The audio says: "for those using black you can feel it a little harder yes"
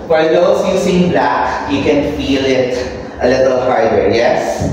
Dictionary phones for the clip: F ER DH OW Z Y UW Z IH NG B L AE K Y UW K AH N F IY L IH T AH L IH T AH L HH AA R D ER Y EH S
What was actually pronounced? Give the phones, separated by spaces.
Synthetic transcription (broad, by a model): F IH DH OW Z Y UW S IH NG B L AE K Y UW K AH N F IY L IH T AH L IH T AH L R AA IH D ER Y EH S